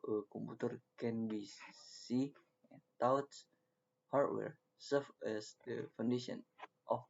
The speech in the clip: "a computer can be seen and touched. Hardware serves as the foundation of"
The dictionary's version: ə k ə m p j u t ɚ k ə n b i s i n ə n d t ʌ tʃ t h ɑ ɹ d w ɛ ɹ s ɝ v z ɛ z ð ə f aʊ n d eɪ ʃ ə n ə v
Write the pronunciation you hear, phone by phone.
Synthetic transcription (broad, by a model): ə k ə m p u t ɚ k ə n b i s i ə n t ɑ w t h ɑ ɹ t w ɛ ɹ s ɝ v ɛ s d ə f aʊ n d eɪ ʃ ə n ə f